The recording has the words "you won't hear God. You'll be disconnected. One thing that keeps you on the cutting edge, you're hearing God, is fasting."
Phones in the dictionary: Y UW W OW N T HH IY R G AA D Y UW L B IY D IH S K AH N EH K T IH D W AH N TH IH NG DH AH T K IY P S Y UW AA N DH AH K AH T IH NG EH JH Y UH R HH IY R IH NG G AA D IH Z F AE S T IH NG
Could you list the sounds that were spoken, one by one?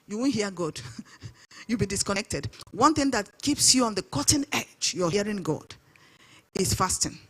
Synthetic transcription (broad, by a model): Y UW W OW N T HH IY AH G AA D Y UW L B IY D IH S K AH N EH K T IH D W AH N TH IH NG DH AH T K IY P S Y UW AA N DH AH K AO T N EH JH Y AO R HH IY R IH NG G AA D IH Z F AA S T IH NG